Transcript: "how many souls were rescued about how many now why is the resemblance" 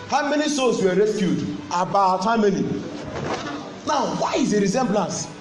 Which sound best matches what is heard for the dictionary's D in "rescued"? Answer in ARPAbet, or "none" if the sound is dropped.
D